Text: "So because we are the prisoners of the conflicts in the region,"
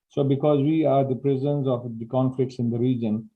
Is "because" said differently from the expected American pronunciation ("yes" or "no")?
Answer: no